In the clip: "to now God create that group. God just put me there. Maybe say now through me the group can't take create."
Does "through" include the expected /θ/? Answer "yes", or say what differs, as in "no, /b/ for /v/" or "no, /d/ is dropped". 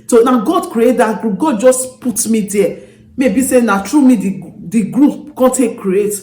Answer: no, /t/ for /θ/